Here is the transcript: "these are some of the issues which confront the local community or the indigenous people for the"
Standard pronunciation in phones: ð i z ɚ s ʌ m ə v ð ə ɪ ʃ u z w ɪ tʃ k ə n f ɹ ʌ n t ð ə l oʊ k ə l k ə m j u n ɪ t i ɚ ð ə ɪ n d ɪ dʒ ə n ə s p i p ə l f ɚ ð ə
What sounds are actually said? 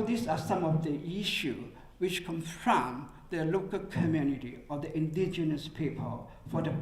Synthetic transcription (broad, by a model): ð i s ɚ s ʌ m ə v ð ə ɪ ʃ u w ɪ tʃ k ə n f ɹ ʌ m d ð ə l oʊ k ə l k ə m j u n ɪ t i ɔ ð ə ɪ n d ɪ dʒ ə n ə s p i p ə l f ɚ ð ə